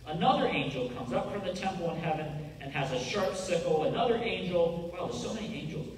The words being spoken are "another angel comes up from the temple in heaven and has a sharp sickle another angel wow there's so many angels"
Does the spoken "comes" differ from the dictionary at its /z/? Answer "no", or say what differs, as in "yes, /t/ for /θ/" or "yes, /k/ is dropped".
no